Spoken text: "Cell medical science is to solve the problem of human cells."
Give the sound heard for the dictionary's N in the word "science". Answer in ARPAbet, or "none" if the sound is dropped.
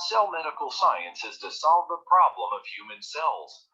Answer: N